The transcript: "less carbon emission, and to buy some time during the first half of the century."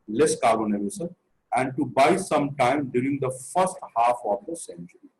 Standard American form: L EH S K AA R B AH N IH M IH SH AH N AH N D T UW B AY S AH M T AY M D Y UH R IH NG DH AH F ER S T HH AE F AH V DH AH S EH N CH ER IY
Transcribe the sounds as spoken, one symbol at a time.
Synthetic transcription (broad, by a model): L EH S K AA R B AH N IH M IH S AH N AH N D T UW B AY S AH M T AY M D Y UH R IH NG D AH F ER S T HH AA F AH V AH S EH N CH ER IY